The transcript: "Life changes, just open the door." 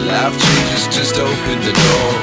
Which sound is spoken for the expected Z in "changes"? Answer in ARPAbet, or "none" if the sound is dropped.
S